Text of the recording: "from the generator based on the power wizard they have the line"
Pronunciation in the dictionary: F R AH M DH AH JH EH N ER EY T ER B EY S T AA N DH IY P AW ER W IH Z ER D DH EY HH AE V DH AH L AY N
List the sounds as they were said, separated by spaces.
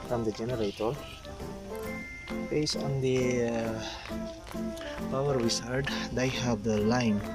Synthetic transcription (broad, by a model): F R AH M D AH JH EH N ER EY T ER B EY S AA N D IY P AW ER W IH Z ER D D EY HH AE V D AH L AY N